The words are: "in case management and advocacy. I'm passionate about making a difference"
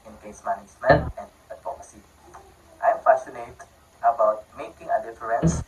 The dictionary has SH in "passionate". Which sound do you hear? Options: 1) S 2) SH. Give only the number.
1